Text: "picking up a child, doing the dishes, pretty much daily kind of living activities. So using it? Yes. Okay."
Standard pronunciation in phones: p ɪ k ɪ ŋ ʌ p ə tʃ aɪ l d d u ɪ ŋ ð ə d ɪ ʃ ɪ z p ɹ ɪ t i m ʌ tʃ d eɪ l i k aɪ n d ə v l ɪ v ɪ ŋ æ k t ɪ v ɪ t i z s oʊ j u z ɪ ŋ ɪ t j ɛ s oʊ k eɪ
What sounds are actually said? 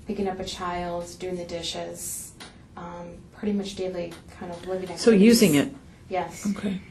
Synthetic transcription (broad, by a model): p ɪ k ɪ ŋ ʌ p ə tʃ aɪ l d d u ɪ ŋ ð ə d ɪ ʃ ɪ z p ɹ ɪ t i m ʌ tʃ d eɪ l i k aɪ n d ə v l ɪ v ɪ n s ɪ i j u z ɪ ŋ ɪ t j ɛ s oʊ k eɪ